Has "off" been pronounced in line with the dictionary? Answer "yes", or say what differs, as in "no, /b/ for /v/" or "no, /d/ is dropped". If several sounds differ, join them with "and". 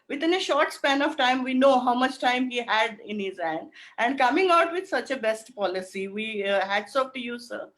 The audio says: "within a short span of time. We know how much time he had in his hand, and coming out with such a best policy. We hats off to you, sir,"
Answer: no, /p/ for /f/